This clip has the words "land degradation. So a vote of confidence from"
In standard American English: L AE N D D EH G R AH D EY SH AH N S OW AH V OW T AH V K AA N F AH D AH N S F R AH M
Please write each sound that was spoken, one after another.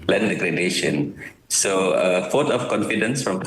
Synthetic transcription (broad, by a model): L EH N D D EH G R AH D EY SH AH N S OW AH F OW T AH F K AA N F AH D AH N S F R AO M